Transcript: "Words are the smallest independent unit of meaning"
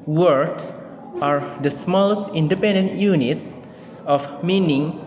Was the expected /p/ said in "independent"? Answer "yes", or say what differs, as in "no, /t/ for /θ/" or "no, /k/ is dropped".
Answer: yes